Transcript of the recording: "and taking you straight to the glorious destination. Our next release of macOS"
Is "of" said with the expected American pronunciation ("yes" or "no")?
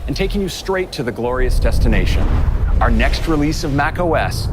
yes